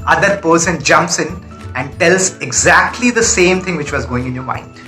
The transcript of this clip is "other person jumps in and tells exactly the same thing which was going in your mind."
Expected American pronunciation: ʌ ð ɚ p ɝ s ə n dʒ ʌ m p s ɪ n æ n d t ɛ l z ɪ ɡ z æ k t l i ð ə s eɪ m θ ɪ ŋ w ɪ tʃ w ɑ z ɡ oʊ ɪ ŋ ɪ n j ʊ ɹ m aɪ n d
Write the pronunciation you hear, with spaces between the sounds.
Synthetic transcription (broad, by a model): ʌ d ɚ p ɝ s ə n dʒ ʌ m p s ɪ n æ n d t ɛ l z ɪ ɡ z æ k t l i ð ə s eɪ m t ɪ ŋ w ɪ tʃ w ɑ z ɡ oʊ ɪ ŋ ɪ n j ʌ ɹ m aɪ n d